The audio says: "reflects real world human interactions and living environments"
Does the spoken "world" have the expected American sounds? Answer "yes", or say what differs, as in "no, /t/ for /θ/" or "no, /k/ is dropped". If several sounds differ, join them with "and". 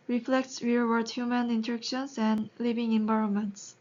no, /l/ is dropped